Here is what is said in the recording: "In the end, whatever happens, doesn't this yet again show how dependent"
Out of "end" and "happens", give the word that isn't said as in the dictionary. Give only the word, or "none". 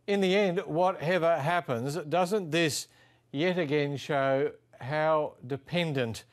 none